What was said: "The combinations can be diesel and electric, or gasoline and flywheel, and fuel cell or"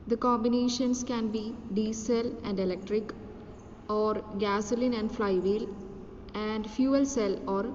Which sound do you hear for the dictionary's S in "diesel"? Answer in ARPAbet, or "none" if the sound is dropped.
S